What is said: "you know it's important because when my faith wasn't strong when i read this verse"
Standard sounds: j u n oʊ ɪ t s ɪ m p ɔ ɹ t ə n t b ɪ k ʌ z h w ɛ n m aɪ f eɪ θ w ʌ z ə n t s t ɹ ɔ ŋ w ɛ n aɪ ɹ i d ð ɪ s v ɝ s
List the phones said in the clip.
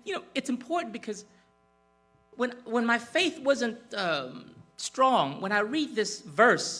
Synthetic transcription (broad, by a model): j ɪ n oʊ ɪ t s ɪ m p ɔ ɹ t n b ɪ k ʌ z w w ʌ n m aɪ f eɪ θ w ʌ z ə n t s t ɹ ɔ ŋ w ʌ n aɪ ɹ i d ð ɪ s v ɝ s